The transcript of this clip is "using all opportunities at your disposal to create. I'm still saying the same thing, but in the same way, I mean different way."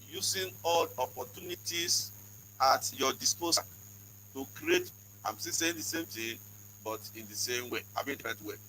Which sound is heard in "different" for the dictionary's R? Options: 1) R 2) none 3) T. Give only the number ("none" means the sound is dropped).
2